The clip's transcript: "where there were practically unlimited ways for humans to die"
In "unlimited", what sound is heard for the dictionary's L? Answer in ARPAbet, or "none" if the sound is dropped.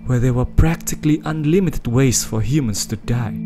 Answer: L